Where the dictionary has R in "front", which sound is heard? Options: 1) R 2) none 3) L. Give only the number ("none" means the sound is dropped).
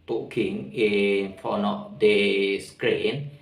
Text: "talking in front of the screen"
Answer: 2